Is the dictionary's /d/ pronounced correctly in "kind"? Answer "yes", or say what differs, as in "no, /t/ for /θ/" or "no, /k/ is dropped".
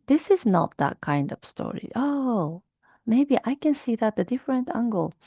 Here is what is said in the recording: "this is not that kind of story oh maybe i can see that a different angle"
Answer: yes